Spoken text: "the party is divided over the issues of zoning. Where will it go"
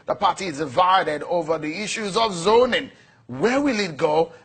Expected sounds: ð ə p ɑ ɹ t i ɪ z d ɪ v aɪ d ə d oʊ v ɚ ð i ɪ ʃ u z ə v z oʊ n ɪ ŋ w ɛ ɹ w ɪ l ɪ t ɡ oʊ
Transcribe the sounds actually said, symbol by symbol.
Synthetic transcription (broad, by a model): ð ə p ɑ ɹ t i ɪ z d ɪ v aɪ d ə d oʊ v ɚ ð i ɪ ʃ u z ə v z oʊ n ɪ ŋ w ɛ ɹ w ɪ l ɪ t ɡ oʊ